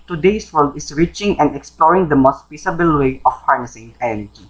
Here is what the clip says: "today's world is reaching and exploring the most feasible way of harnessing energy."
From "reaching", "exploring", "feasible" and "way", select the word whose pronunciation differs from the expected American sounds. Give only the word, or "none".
feasible